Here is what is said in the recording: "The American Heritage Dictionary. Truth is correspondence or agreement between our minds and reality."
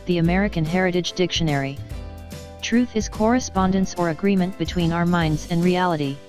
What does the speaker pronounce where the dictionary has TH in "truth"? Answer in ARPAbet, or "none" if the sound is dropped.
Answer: TH